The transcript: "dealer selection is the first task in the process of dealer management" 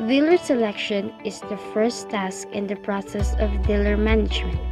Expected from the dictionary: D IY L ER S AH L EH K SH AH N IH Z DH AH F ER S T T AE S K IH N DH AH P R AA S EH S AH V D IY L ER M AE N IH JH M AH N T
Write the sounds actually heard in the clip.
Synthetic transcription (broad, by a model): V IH L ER S AH L EH K SH AH N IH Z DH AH F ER S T T AE S K IH N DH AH P R AA S EH S AH V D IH L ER M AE N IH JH M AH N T